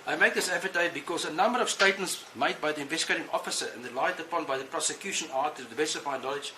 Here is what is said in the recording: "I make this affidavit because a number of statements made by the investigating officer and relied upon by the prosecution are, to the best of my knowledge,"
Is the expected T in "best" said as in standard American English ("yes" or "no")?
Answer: no